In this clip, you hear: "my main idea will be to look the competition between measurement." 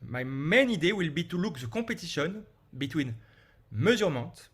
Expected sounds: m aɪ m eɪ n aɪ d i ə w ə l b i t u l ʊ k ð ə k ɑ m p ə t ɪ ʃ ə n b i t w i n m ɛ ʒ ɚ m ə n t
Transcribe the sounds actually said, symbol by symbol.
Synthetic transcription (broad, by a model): m aɪ m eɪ n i d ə w ə l b i t u l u k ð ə k ɑ p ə t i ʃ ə n b i t w i n m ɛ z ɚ m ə t